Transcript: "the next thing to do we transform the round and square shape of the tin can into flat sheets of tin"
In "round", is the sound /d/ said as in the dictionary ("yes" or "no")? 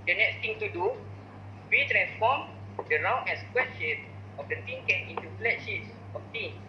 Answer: no